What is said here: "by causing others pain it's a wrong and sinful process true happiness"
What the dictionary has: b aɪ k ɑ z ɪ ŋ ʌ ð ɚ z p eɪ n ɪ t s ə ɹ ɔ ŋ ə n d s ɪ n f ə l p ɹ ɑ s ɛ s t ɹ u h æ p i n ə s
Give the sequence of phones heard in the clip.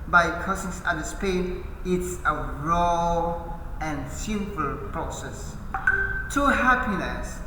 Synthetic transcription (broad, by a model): b aɪ k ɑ s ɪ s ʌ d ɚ s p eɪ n ɪ t s ə ɹ ɔ ŋ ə n s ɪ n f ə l p ɹ ɑ s ɛ s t u h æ p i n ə s